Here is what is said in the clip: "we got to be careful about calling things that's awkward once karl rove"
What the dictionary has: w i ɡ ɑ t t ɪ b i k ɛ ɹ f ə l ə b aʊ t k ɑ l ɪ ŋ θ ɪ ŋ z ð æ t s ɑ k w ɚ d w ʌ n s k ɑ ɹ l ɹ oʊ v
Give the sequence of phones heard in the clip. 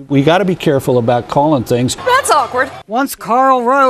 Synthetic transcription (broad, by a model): w i ɡ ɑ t t ɪ b i k ɛ ɹ f l ə b aʊ t k ɑ l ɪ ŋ θ ɪ ŋ z ð æ t s ɑ k w ɚ d w ʌ n s k ɑ ɹ l ɹ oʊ